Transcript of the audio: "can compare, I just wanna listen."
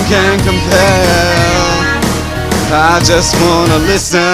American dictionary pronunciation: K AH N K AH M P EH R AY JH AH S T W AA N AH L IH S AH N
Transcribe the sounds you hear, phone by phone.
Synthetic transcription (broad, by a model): K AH N K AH M P EH L AY JH AH S T W AA N AH L IH S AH